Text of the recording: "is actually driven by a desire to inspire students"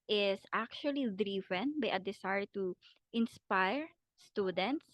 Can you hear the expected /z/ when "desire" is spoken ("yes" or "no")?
no